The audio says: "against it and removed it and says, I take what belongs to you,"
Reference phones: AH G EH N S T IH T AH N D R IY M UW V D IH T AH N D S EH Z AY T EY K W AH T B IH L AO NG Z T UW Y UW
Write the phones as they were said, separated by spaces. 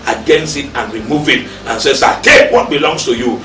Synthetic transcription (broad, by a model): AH G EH N S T IH T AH N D R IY M UW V IH T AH N S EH S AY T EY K W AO T B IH L AO NG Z T UW Y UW